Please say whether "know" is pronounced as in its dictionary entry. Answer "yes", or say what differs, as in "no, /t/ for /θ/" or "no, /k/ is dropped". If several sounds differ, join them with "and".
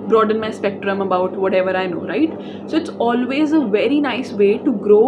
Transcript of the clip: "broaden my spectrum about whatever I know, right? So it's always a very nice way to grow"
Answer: yes